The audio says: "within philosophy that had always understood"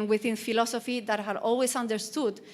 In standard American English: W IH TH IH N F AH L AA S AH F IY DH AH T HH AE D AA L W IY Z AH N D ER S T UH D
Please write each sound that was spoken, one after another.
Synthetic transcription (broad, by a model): W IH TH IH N F AH L AA S AH F IY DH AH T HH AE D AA L W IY S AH N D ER S T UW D